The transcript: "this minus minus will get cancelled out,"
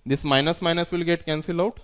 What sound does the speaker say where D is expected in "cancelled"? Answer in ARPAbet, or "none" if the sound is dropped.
none